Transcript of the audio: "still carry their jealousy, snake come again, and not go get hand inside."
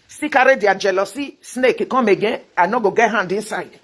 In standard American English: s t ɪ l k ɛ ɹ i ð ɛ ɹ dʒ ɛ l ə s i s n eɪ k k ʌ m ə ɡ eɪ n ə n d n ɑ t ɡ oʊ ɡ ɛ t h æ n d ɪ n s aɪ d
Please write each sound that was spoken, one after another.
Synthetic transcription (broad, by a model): s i k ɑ ɹ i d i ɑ dʒ ɛ l ə s i s n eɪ k k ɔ m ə ɡ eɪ ə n n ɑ ɡ oʊ ɡ ɛ t h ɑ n d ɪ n s aɪ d